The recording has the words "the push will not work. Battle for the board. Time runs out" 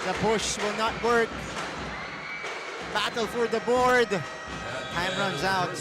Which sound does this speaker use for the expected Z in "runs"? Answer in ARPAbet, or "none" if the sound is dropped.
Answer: Z